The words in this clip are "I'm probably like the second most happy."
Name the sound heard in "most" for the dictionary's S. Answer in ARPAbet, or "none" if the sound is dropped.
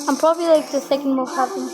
none